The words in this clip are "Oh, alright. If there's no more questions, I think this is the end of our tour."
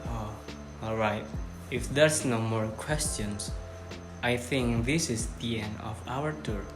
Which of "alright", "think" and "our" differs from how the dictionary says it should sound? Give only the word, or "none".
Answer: none